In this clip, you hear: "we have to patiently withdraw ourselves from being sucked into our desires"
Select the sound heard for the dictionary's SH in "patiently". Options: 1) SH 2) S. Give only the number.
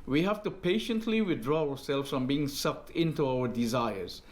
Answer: 1